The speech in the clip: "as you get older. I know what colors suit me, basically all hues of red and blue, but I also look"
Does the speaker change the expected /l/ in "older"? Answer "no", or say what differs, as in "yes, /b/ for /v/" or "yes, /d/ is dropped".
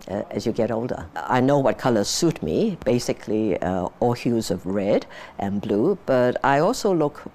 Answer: no